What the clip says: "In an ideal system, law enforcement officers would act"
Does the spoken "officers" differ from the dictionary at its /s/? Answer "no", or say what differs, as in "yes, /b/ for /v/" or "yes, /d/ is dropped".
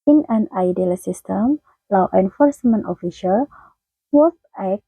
yes, /ʃ/ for /s/